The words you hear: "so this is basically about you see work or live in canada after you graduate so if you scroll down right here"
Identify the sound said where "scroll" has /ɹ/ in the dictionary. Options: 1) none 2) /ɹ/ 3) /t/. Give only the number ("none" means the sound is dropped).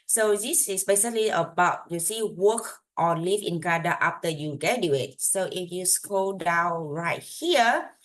1